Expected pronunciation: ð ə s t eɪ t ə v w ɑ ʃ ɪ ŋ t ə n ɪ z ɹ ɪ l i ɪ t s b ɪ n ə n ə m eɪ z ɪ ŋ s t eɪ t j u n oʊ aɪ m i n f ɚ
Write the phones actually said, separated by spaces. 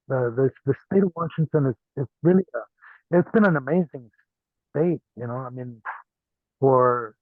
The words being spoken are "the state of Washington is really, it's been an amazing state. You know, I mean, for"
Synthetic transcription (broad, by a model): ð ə s t eɪ t ə v w ɑ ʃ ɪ ŋ t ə n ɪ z ɹ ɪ l i ɪ t s b ɪ n ə n ə m eɪ z ɪ ŋ s t eɪ t j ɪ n oʊ aɪ m i n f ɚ